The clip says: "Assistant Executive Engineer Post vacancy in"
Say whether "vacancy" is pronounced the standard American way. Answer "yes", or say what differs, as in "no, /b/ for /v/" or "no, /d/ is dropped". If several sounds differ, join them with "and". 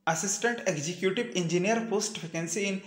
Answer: no, /f/ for /v/